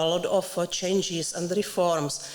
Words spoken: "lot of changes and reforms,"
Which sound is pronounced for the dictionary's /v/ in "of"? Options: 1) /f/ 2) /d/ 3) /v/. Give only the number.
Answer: 1